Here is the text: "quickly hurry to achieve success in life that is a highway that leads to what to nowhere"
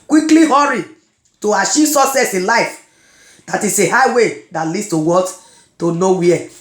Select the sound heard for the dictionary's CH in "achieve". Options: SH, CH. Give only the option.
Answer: SH